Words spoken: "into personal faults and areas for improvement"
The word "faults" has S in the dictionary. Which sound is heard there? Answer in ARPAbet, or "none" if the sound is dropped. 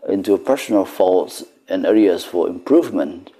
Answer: S